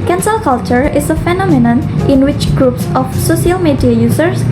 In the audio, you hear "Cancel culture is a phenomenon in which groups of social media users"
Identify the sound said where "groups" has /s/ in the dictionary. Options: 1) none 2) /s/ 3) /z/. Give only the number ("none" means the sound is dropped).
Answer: 2